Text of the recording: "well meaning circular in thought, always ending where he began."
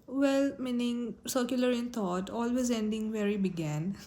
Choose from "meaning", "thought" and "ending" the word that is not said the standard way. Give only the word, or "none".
thought